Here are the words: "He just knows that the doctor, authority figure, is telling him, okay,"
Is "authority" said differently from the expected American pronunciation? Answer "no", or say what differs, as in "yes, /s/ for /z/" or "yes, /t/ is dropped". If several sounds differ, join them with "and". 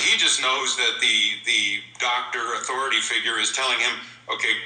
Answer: no